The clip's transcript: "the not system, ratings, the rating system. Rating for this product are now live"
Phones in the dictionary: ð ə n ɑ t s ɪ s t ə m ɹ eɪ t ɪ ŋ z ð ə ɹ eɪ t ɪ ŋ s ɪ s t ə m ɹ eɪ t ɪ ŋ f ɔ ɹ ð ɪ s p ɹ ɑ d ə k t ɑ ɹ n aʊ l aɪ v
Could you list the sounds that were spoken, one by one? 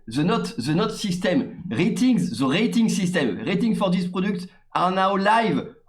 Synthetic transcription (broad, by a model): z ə n ɑ t s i s t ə m ɹ eɪ t ɪ ŋ z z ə ɹ eɪ t ɪ ŋ s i s t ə m ɹ eɪ t ɪ ŋ f ɔ ɹ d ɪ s p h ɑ d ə k t ɑ ɹ n aʊ l aɪ v